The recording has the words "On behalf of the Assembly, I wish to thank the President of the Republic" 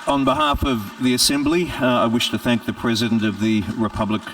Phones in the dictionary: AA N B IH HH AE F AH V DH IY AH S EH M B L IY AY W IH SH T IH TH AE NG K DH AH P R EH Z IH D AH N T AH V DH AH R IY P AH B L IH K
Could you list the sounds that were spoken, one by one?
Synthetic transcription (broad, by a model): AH N B IH HH AE F AH V DH IY AH S EH M B L IY AY W IH SH T IH TH AE NG K DH AH P R EH Z IH D AH N T AH V DH AH R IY P AH B L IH K